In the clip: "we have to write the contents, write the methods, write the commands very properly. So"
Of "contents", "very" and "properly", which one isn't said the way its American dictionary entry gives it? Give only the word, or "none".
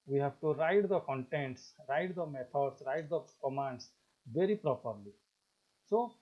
none